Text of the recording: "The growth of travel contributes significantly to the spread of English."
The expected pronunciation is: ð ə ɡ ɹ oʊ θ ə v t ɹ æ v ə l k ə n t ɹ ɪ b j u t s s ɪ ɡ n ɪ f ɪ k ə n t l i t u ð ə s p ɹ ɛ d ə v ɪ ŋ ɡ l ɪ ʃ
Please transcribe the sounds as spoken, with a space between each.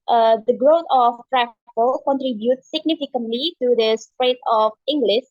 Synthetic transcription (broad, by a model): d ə ɡ ɹ oʊ t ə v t ɹ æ f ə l k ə n t ɹ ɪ b j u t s s ɪ ɡ n ɪ f ɪ k ə n t l i t u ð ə s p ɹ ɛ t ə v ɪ ŋ ɡ l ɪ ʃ